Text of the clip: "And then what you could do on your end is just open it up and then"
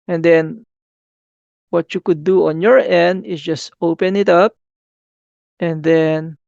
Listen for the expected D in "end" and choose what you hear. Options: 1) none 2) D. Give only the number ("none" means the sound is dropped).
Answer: 2